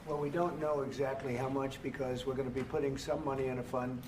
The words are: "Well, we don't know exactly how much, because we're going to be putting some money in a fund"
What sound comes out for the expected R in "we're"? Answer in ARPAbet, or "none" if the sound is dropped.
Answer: R